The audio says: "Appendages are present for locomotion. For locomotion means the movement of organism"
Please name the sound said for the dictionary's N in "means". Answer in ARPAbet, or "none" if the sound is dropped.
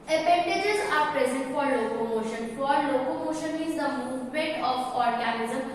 none